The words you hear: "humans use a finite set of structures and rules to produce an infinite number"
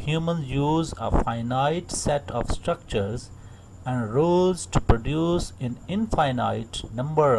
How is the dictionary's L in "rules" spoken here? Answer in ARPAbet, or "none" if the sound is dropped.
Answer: none